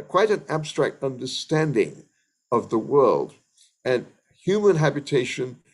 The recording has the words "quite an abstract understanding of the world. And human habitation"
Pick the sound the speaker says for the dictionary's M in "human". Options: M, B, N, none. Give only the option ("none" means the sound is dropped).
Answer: M